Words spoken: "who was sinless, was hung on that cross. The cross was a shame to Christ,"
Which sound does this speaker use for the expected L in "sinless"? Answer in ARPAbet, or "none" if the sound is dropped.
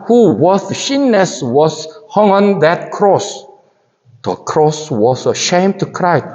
none